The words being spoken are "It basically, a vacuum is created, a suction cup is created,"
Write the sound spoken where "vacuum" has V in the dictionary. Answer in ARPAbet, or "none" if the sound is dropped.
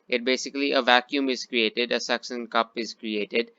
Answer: V